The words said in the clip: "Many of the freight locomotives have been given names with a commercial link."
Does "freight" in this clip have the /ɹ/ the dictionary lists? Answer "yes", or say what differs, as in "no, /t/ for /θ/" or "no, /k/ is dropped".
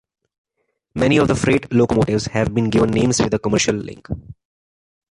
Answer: yes